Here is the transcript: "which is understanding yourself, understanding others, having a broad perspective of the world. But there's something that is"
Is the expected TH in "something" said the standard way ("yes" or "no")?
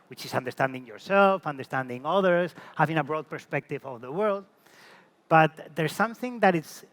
yes